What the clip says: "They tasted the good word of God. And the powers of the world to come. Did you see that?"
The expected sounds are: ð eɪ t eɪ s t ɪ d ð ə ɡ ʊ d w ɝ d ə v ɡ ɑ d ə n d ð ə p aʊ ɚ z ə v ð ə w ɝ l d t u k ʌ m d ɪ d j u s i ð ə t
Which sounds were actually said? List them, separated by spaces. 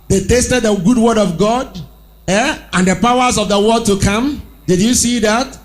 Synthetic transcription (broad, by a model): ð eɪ t eɪ s t ɪ d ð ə ɡ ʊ d w ɝ d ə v ɡ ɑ d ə n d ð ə p aʊ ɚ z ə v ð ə w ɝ d t u k ʌ m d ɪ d j u s i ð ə t